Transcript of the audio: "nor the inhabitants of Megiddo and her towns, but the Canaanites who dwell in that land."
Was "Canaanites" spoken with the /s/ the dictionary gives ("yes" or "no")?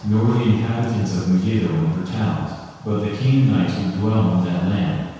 no